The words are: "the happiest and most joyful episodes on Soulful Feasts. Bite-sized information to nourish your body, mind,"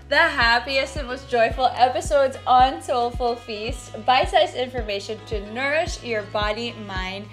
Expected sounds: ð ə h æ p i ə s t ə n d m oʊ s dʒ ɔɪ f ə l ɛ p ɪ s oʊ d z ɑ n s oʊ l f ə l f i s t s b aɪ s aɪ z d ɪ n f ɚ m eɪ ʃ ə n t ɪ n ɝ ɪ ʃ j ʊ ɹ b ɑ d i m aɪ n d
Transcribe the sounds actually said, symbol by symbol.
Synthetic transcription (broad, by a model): ð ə h æ p i ə s t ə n m oʊ s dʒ ɔɪ f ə l ɛ p ɪ s oʊ d z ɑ n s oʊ l f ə l f i s t b aɪ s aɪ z ɪ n f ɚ m eɪ ʃ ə n t ɪ n ɝ ɪ ʃ j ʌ ɹ b ɑ d i m aɪ n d